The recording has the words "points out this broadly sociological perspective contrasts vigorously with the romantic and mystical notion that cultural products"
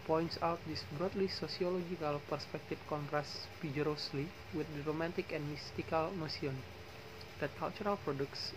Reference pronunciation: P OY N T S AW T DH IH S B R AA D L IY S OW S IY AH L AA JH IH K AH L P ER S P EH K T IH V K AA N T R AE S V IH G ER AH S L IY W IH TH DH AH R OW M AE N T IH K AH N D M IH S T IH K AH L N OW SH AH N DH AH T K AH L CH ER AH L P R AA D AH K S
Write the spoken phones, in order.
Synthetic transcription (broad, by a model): P OY N T S AW T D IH S B R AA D L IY S OW S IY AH L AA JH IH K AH L P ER S P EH K T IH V K AA N T R AE S F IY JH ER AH S L IY W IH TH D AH R OW M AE N T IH K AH N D M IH S T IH K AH L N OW S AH N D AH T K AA L CH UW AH L P R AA D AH K S